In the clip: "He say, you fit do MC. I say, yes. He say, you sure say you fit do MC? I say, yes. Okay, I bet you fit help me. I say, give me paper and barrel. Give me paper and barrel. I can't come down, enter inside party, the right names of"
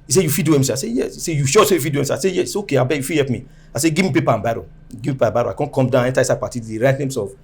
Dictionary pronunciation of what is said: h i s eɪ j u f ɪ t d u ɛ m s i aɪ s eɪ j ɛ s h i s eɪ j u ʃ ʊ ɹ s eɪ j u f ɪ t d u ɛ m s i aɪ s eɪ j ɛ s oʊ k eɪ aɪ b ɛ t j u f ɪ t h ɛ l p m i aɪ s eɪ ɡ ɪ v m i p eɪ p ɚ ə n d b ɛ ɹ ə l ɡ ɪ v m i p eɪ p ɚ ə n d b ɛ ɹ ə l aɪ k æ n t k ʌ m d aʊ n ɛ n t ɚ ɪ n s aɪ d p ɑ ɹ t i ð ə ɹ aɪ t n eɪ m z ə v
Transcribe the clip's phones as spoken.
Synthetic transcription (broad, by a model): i s eɪ j u f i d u ɛ m s i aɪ s eɪ j ɛ s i s eɪ j u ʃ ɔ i s eɪ j u f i d u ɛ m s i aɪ s eɪ j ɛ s oʊ k eɪ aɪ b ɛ j u f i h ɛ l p m i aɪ s eɪ ɡ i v m i p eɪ p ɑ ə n b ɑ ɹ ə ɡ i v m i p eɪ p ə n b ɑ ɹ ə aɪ k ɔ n k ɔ m d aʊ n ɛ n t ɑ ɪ s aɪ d p ɑ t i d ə ɹ aɪ t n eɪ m s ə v